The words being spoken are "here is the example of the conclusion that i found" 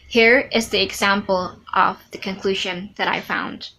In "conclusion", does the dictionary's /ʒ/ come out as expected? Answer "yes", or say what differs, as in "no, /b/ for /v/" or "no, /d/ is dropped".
yes